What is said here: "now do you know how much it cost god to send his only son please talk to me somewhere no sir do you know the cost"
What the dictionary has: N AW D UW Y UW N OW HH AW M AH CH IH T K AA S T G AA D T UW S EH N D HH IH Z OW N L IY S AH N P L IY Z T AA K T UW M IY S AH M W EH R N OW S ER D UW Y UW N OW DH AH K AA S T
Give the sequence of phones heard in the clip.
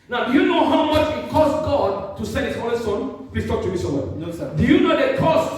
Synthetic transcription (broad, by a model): N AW D UW Y UW N OW HH AW M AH CH IH T K AA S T G AA D T UW S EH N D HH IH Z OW L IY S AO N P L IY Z T AA K T UW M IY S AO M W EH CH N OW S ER D UW Y UW N OW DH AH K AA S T